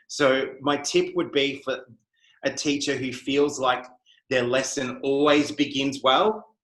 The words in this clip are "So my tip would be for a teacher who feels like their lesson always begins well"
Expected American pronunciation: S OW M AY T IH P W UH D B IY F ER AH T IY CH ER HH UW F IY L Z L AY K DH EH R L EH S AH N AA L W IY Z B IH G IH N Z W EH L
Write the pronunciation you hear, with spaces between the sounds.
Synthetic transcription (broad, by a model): S OW M AY T IH P W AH D B IY F ER AH T IY CH ER HH UW F IY L Z L AY K DH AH R L EH S AH N AA L W IY Z B IH G IH N Z W EH L